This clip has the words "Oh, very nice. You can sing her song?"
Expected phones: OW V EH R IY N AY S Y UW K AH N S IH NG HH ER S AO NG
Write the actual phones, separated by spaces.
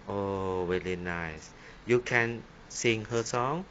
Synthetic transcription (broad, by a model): OW W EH L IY N AY S Y UW K AH N S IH NG HH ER S AO NG